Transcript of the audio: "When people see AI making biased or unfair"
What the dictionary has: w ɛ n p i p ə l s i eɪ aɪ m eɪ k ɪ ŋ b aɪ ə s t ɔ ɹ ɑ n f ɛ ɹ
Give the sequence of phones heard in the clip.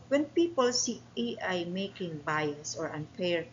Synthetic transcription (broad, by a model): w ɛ n p i p ə l s i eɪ aɪ m eɪ k ɪ ŋ b aɪ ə s ɔ ɹ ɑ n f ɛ ɹ